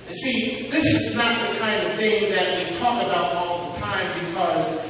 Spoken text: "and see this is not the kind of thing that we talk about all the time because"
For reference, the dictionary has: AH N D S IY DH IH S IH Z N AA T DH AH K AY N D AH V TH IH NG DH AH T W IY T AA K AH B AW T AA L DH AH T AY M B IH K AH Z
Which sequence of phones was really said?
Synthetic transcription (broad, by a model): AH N S IY DH IH S IH Z N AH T DH AH K AY N D AH V TH IH NG DH AH T W IY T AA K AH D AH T AA L DH AH T AY M B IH K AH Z